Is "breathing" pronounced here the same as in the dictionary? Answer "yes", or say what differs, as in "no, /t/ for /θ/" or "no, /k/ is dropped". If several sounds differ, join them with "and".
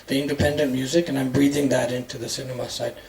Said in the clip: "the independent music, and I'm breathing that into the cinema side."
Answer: yes